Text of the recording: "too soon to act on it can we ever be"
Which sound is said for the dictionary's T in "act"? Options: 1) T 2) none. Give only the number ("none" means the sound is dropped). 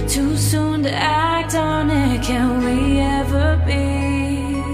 1